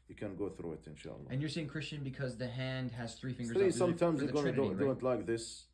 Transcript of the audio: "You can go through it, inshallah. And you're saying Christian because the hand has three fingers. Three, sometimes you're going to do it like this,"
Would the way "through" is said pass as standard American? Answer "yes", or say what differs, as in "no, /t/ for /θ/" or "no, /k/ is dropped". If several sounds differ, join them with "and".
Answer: yes